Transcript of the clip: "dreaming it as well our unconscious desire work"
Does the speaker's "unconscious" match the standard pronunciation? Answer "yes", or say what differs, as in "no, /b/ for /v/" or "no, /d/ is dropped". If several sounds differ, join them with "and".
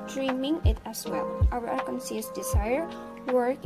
no, /n/ is dropped and /s/ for /ʃ/